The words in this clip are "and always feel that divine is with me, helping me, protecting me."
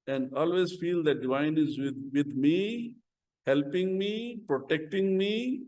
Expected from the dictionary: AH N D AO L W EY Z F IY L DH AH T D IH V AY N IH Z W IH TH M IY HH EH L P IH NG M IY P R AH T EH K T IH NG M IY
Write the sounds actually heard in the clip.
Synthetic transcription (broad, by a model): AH N D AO L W EY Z F IY L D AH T D IH V AY N IH Z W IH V M IY HH EH L P IH NG M IY P R AH T EH K T IH NG M IY